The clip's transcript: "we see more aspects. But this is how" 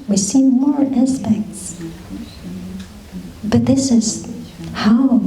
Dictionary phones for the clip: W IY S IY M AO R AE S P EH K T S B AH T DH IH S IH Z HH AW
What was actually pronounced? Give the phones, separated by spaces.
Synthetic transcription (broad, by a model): W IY S IY M AO R AE S P EH K T S B AH T DH IH S IH Z HH AW